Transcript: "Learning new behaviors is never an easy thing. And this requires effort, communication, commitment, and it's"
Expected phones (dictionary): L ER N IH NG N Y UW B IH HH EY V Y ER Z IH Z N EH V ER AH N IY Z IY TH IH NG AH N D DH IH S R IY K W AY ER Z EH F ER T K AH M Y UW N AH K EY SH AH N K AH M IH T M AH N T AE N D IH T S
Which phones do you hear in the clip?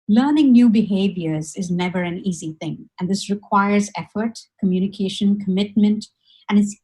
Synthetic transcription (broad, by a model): L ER N IH NG N Y UW B IH HH EY V Y ER Z IH Z N EH V ER AH N IY Z IY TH IH NG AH N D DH IH S R IY K W AY ER Z EH F ER T K AH M Y UW N AH K EY SH AH N K AH M IH T M AH N T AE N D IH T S